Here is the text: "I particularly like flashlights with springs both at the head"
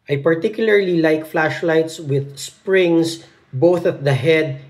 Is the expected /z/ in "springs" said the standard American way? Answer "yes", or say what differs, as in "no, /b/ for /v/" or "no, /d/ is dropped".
no, /s/ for /z/